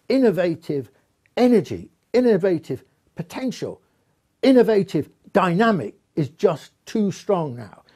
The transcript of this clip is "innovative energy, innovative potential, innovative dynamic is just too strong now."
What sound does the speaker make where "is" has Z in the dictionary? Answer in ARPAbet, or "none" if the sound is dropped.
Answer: Z